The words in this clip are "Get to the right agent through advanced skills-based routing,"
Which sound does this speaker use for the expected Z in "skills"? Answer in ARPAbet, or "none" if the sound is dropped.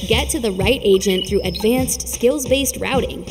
Z